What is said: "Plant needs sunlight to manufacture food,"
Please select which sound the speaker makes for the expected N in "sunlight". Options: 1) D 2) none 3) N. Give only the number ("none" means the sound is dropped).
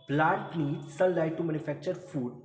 2